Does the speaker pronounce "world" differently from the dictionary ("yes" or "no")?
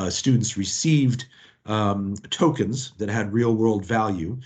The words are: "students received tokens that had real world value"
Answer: no